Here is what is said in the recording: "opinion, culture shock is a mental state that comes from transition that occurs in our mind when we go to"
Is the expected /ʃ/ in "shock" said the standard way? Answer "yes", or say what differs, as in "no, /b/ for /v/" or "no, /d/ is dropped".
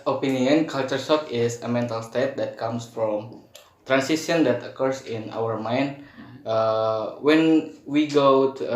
no, /s/ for /ʃ/